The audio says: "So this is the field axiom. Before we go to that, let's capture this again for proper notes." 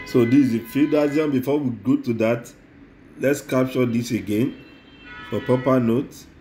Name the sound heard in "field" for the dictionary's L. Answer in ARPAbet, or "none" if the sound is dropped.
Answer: none